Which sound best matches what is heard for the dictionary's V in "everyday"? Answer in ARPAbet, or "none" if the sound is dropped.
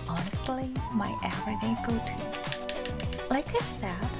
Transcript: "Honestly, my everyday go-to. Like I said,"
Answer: none